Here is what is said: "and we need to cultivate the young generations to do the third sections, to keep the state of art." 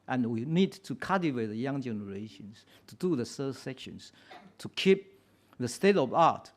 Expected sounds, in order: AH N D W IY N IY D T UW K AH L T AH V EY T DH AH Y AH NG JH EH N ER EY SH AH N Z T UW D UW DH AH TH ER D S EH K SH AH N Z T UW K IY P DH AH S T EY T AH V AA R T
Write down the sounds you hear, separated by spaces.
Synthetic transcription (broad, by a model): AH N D W IY N IY D T UW K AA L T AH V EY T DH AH Y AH NG JH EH N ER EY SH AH N S T UW D UW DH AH S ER S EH K SH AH N S T UW K IY P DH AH S T EY T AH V AA T